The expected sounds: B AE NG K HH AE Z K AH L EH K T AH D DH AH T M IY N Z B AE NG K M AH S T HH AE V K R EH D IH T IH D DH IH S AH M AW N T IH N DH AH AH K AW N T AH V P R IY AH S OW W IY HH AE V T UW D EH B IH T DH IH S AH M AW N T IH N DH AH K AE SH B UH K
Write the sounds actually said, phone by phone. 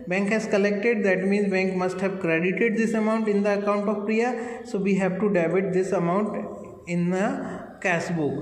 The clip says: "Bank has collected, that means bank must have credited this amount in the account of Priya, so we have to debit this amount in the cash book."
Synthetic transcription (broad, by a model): B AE NG K HH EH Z K AH L EH K T AH D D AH T M IY N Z B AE NG K M AH S T HH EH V K R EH D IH T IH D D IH S AH M AW N T IH N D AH AH K AW N T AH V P R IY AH S OW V IY HH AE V T UW D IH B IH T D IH S AH M AW N T IH N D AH K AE S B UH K